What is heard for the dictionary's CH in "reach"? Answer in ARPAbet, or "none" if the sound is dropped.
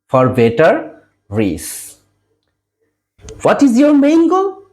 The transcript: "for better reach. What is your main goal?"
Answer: S